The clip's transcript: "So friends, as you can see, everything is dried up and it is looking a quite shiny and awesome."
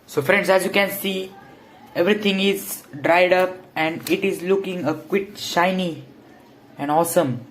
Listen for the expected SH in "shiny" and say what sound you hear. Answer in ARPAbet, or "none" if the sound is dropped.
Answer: SH